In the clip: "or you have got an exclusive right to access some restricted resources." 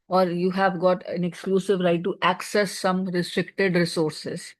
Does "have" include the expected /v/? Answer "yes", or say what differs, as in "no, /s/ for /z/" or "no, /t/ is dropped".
yes